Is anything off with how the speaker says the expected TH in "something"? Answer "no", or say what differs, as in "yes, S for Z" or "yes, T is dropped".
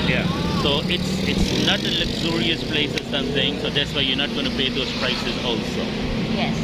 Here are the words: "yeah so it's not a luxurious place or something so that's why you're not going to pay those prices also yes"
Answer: yes, S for TH